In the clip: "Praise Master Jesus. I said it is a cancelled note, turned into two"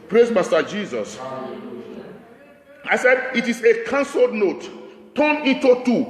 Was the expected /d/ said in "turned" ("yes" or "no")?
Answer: no